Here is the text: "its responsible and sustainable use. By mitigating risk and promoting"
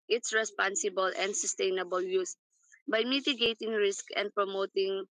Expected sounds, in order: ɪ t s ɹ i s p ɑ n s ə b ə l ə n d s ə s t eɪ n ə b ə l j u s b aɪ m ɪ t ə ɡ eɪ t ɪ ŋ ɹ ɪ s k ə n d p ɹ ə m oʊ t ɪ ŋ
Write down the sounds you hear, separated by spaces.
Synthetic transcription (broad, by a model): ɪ t s ɹ i s p ɑ n s ə b ə l ə n d s ə s t eɪ n ə b ə l j u s b aɪ m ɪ t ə ɡ eɪ t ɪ ŋ ɹ ɪ s k ə n d p ɹ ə m oʊ t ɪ ŋ